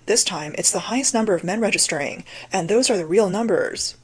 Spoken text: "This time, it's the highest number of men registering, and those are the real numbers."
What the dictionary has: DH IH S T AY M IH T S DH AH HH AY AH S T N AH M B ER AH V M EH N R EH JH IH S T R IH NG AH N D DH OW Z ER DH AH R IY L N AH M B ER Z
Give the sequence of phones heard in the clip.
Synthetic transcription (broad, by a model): DH IH S T AY M IH T S DH AH HH AY AH S T N AH M B ER AH V M EH N R EH JH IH S T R IH NG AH N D DH OW Z ER DH AH R IY L N AH M B ER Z